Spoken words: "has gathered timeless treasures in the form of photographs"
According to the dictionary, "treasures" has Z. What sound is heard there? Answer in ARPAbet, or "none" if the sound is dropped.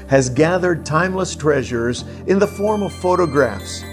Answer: Z